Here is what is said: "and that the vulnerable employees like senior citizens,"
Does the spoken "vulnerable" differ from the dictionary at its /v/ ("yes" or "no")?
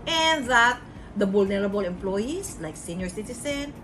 yes